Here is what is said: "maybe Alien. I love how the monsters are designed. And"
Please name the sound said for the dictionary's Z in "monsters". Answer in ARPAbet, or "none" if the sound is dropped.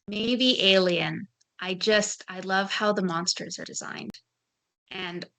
Z